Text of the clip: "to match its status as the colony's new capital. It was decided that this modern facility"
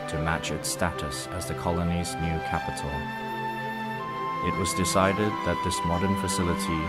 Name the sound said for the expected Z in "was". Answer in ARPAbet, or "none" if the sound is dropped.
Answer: Z